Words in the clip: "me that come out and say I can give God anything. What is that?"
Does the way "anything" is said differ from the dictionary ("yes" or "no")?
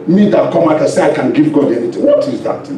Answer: yes